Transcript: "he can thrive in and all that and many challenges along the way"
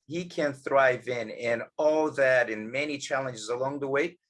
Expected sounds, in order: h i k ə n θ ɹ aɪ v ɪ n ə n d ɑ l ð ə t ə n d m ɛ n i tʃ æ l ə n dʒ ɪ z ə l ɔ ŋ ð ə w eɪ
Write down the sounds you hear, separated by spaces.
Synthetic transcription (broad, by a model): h i k ə n θ ɹ aɪ v ɪ n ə n ɑ l ð ə t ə n m ɛ n i tʃ æ l ə n dʒ ɪ z ə l ɔ ŋ ð ə w eɪ